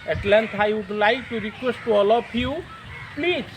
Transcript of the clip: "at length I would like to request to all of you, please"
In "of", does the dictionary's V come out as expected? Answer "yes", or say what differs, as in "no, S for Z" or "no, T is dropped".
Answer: no, P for V